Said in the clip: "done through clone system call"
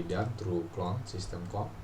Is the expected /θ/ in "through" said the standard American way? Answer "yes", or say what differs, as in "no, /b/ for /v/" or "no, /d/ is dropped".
no, /t/ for /θ/